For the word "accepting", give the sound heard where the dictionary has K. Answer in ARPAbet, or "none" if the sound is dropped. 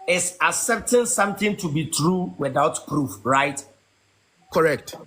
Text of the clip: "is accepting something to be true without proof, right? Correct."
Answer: none